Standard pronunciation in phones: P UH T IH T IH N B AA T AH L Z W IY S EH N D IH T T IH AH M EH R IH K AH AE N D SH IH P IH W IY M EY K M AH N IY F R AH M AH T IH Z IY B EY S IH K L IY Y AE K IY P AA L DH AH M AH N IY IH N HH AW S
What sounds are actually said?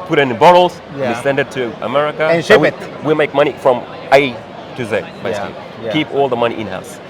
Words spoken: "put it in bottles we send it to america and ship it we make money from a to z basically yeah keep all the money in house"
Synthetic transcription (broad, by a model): P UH T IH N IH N B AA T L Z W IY S EH N D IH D T IH AH M EH R IH K AH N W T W IH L M EY K M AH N IY F R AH M AH T IH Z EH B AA IH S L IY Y K IY P AA L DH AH M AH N IY IH N HH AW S